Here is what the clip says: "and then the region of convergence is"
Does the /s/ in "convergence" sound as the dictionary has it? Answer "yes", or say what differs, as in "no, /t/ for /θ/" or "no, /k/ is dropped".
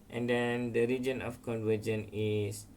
no, /s/ is dropped